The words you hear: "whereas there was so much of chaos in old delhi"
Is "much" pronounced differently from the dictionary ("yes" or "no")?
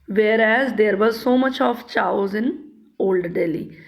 no